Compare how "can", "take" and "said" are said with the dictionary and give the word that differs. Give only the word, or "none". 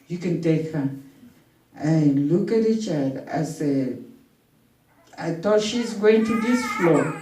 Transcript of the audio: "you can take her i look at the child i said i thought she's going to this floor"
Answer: said